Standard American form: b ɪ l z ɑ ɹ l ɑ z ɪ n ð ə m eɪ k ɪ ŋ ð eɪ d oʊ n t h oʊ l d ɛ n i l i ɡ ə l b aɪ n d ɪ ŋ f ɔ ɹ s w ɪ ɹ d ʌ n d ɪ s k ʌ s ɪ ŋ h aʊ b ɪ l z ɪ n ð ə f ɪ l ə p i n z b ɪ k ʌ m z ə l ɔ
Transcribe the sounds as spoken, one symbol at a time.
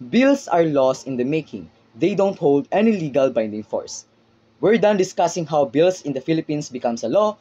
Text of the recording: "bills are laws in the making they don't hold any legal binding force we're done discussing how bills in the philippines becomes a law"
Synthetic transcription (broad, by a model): b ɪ l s ɑ ɹ l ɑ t ɪ n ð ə m eɪ k ɪ ŋ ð eɪ d oʊ n t h oʊ l d ɛ n i l i ɡ ə l b aɪ n d ɪ ŋ f ɔ ɹ s w ɪ ɹ d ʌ n d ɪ s k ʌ s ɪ ŋ h aʊ b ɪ l s ɪ n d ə f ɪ l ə p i n s b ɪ k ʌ m s ə l ɔ